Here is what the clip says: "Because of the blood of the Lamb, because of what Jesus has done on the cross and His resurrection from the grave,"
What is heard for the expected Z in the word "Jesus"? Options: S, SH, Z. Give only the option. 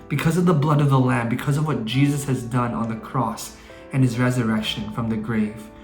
Z